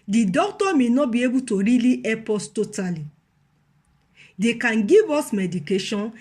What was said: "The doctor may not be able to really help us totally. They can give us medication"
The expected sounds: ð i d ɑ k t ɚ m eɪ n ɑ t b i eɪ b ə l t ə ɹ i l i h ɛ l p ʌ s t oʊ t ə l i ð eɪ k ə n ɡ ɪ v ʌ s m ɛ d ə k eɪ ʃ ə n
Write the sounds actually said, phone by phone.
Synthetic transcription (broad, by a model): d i d ɑ k t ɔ m eɪ n ɑ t b i eɪ b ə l t ə ɹ i l i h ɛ p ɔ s t oʊ t ə l i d eɪ k ə n ɡ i v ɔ s m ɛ d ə k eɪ ʃ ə n